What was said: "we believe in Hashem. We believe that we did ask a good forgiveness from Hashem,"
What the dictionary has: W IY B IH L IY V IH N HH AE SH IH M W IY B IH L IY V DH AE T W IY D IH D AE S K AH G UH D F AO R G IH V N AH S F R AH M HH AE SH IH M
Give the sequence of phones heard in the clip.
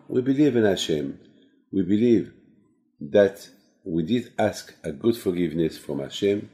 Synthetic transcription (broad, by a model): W IY B IH L IY V IH N HH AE SH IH M W IY B IH L IY V DH AE T W IY D IH D AE S K AH G UH D F AO R G IH V N AH S F R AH M HH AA SH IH M